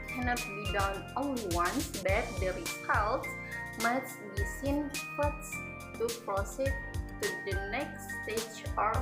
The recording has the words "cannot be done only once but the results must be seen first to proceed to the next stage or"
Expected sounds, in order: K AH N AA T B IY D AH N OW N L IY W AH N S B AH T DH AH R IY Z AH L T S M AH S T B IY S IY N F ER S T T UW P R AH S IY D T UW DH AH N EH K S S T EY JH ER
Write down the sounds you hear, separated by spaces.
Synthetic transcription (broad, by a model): K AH N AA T B IY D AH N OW L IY W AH N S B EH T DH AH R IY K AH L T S M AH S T B IY S IY N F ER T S T UW P R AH S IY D T UW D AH N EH K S S T EY JH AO